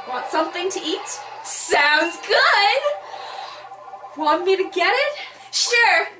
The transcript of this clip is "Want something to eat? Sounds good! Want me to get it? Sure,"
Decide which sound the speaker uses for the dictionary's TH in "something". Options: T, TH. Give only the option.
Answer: TH